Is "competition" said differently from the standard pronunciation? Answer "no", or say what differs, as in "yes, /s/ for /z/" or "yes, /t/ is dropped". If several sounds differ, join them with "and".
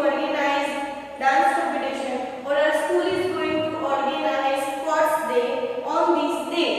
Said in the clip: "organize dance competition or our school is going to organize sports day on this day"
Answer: yes, /p/ is dropped